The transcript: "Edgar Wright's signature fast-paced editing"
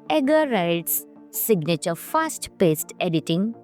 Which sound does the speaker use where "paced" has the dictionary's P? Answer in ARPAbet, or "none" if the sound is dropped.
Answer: P